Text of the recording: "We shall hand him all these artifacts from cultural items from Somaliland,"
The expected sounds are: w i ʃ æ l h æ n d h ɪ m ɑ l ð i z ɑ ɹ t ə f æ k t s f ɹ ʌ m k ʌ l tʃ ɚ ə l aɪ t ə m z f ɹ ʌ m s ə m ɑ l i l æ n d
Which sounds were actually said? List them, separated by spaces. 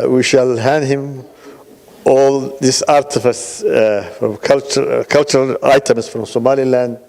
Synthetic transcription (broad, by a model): w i ʃ æ l h æ n d h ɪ m ɑ l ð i s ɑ ɹ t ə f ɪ s f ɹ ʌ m k ʌ l tʃ ɚ ə l aɪ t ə m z f ɹ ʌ m s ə m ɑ l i l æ n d